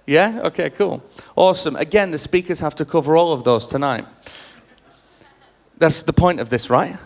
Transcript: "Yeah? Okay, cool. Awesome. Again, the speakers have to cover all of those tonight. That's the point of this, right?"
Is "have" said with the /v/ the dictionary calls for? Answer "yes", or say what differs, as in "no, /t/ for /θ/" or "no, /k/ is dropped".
no, /f/ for /v/